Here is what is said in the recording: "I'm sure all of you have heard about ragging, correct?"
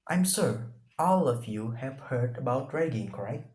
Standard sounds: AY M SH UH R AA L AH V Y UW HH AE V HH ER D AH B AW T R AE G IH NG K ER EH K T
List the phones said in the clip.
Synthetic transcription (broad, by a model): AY M S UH R AA L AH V Y UW HH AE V HH ER D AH B AW T R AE G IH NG K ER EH K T